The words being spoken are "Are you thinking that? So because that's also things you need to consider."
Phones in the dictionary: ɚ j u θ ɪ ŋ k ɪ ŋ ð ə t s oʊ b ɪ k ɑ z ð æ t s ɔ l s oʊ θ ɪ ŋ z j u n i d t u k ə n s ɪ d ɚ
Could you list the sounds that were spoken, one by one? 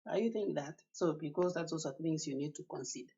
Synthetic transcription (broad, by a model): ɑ j u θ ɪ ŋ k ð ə t s oʊ b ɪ k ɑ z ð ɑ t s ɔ s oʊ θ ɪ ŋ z j u n i d t u k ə n s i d